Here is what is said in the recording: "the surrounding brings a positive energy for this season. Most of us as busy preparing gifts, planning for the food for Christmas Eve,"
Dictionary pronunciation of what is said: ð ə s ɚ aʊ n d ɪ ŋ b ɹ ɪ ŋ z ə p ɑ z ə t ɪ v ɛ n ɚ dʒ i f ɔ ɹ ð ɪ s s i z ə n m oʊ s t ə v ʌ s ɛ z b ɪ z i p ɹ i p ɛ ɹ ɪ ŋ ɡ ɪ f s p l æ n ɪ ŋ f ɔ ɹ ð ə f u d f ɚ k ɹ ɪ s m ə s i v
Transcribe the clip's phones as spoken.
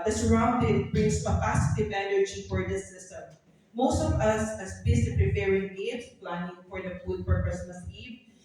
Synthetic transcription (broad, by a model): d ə s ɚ aʊ n d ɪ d b ɹ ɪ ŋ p ə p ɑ s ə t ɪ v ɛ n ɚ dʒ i f ɔ ɹ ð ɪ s s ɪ s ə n m oʊ s t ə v ʌ s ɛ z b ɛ s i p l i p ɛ ɹ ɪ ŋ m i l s p l æ n ɪ ŋ f ɔ ɹ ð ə f u d p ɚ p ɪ s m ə s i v